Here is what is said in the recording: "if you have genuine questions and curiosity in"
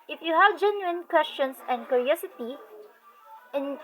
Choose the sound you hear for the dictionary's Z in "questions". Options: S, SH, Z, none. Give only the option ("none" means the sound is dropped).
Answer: S